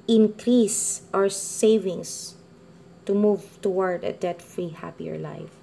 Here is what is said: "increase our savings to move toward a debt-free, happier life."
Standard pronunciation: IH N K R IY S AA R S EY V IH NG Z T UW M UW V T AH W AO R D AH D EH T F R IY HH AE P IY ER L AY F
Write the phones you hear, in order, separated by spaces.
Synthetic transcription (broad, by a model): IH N K R IY S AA W S EY V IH NG S T UW M UW V T AH W AO R D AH D EH T F R IY HH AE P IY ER L AY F